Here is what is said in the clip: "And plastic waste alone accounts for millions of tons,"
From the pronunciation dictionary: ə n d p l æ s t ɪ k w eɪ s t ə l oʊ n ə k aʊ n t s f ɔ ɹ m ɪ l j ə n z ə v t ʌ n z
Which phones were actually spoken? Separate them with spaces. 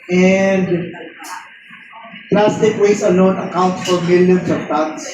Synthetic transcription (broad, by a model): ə n d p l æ s t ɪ k w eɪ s ə l oʊ n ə k aʊ n t f ɔ ɹ m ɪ l j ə n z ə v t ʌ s